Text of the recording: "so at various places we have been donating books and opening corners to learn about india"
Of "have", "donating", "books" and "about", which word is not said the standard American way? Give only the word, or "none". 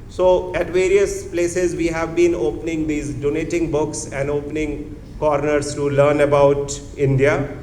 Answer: none